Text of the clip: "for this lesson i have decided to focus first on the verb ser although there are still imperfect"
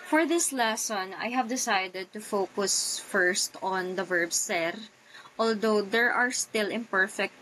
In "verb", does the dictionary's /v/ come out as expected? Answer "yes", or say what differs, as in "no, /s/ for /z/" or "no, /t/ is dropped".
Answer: yes